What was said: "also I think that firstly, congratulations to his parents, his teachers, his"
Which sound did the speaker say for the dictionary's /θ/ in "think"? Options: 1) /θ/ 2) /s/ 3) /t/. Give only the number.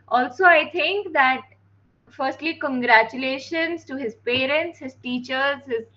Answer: 3